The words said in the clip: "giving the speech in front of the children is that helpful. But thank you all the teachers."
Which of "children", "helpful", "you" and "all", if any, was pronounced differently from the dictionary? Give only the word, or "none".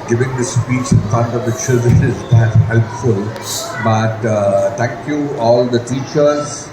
children